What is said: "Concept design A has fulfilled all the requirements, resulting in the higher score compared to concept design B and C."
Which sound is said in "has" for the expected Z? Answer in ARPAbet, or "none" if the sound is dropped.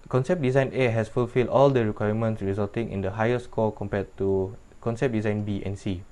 S